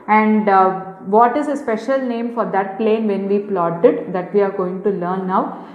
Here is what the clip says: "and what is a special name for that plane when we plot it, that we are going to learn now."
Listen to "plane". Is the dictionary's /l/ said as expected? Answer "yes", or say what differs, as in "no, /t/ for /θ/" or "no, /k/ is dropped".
yes